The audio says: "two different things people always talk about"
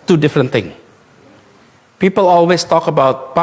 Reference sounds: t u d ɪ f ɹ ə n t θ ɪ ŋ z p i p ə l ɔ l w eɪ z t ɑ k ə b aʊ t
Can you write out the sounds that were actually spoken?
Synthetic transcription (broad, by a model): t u d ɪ f ɹ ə n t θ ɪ ŋ p i p ə l ɔ l w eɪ s t ɑ k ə b aʊ t